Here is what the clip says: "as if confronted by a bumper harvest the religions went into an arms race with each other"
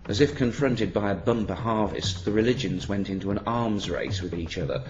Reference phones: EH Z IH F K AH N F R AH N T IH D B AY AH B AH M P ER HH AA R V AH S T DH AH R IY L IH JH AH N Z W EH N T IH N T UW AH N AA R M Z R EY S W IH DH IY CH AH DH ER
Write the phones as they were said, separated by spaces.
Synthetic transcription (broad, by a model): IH Z IH F K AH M F R AH N T IH D B AY AH B AH M P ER HH AA R V AH S T DH AH R IY L IH JH AH N Z W EH N T IH N T UW AH N AA R M Z R EY S W IH DH IY CH AH DH ER